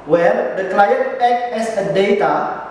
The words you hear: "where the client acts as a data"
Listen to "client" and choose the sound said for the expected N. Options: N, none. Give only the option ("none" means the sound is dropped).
none